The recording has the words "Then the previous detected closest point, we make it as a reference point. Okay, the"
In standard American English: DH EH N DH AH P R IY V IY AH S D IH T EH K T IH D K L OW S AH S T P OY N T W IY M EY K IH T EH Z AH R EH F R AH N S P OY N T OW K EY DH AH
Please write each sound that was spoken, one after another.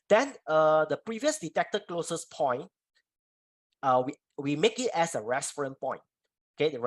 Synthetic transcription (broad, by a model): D EH N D AH P R IY V IY AH S D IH T EH K T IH K L OW S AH S P OY N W W IY M EY K IH T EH S AH R EH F R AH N P OY N T OW K EY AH